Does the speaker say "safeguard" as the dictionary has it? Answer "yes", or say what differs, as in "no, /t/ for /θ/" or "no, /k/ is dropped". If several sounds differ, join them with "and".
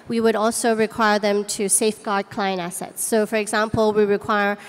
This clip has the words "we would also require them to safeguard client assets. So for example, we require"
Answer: yes